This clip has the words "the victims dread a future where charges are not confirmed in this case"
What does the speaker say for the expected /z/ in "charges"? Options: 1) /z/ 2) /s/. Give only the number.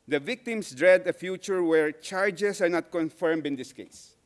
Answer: 2